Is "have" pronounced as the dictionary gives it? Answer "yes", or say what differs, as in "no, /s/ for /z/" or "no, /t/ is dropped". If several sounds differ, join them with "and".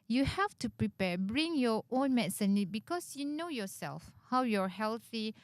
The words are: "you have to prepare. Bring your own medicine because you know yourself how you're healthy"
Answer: no, /f/ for /v/